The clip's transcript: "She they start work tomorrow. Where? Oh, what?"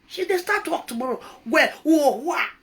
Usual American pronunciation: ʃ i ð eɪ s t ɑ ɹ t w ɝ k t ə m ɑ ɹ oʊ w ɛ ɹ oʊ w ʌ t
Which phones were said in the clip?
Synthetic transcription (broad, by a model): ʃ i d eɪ s t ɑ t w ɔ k t ə m ɑ ɹ oʊ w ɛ w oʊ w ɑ